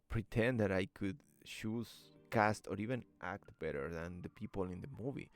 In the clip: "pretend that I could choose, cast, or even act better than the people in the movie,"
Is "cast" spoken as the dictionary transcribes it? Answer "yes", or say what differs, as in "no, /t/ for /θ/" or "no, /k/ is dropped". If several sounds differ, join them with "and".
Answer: yes